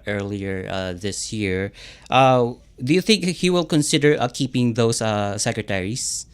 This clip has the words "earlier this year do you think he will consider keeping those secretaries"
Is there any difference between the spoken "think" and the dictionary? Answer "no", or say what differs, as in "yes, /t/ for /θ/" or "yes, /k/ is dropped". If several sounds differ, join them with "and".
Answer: no